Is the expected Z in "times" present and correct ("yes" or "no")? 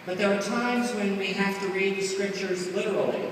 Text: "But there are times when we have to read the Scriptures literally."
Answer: yes